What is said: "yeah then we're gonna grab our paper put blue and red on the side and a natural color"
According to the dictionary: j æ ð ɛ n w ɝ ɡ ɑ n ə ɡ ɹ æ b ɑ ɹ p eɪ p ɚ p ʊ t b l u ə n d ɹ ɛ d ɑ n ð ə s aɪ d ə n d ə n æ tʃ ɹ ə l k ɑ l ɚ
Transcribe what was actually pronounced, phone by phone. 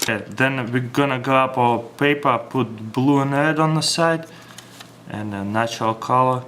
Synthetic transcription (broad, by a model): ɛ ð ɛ n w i ɡ ɑ n ə ɡ ɔ ɑ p p eɪ p ɚ p ʊ t b l u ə n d ɹ ɛ d ɑ n ð ə s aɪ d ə n ə n æ tʃ ɹ ə l k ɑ l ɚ